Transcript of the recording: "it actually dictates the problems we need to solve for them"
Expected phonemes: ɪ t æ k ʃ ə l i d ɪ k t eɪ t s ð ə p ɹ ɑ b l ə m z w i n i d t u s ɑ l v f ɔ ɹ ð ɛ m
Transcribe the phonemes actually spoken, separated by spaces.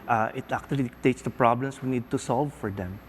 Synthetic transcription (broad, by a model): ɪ t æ k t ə i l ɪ t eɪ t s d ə p ɹ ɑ b l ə m s w i n i d t u s ɑ l v f ɔ ɹ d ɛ m